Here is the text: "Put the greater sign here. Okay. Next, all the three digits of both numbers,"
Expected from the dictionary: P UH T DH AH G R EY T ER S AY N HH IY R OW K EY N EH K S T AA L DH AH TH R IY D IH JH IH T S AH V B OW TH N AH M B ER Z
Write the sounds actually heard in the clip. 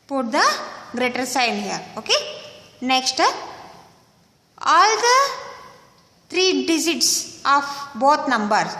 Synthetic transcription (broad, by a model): P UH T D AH G R EY T ER S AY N HH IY R OW K EY N EH K S T AA L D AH T R IY D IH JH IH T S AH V B OW T N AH M B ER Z